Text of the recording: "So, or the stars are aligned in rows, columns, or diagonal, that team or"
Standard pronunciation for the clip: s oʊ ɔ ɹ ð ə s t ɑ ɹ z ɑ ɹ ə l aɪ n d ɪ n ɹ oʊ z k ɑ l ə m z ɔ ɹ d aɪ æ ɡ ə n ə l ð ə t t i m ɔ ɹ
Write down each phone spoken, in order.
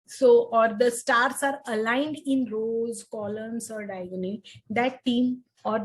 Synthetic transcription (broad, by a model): s oʊ ɔ ɹ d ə s t ɑ ɹ s ɑ ɹ ə l aɪ n d ɪ n ɹ oʊ z k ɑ l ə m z ɔ ɹ d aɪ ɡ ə n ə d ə t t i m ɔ ɹ